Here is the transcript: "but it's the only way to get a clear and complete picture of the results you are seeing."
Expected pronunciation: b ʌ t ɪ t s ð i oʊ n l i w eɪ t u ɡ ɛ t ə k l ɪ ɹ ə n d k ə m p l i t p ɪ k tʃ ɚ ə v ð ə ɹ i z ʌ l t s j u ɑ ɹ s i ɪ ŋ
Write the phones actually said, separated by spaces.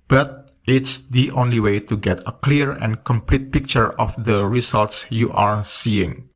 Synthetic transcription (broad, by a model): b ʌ t ɪ t s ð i oʊ n l i w eɪ t u ɡ ɛ t ə k l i ɹ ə n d k ə m p l i t p ɪ k tʃ ɚ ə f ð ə ɹ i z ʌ l t s j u ɑ ɹ s i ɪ ŋ